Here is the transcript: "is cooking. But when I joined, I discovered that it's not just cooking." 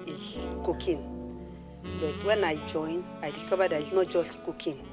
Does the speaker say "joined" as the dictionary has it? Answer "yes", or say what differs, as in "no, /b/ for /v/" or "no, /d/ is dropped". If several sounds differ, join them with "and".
no, /d/ is dropped